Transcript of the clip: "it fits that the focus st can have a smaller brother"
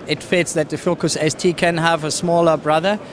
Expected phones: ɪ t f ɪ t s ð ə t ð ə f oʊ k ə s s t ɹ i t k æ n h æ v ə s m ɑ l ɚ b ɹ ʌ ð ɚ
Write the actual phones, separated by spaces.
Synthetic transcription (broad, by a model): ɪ t f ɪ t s ð ə t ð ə f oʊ k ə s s t i k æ n h æ v ə s m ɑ l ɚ b ɹ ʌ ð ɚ